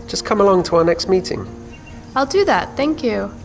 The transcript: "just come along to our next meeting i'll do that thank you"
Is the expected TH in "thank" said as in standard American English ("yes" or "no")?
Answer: yes